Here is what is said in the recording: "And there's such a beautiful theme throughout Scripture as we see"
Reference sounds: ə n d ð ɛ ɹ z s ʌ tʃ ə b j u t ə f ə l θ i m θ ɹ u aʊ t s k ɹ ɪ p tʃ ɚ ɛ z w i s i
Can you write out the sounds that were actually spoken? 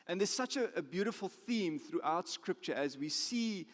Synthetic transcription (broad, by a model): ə n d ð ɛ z s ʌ tʃ ə b j u t ə f ə l θ i m θ ɹ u aʊ t s k ɹ ɪ p tʃ ɚ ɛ z w i s i